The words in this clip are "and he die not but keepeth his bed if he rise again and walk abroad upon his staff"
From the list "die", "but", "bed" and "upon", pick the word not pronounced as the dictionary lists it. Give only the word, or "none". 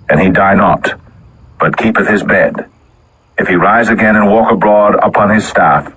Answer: none